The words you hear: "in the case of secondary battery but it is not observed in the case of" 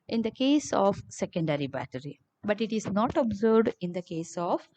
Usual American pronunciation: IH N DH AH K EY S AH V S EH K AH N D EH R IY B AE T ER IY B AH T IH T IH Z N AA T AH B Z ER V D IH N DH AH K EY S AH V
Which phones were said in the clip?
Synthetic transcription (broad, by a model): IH N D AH K EY S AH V S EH K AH N D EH R IY B AE T ER IY B AH T IH T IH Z N AA T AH B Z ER D IH N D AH K EY S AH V